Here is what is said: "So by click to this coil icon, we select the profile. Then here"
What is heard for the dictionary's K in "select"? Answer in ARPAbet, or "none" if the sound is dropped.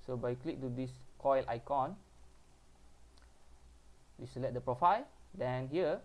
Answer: none